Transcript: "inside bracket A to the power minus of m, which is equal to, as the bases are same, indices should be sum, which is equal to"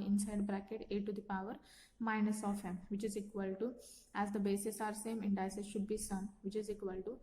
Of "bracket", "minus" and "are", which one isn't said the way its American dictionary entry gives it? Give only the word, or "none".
none